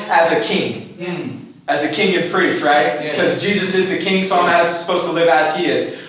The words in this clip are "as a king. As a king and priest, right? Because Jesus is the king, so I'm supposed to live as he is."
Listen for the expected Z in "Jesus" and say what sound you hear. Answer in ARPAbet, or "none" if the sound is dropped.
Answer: Z